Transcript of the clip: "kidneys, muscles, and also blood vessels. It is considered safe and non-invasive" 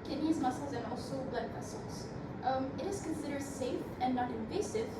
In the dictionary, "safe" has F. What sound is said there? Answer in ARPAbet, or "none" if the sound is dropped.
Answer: F